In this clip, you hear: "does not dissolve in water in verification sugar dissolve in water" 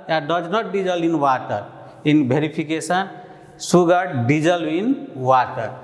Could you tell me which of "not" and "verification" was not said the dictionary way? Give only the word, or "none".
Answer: verification